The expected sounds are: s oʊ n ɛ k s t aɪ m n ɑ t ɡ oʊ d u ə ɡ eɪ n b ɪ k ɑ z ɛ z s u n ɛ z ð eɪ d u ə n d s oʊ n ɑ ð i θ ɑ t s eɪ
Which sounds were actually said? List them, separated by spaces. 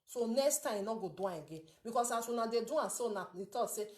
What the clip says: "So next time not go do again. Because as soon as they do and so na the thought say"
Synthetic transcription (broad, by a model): s oʊ n ɛ k s t aɪ m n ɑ ɡ oʊ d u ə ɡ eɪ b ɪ k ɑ s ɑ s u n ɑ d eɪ d u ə s oʊ n ɑ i t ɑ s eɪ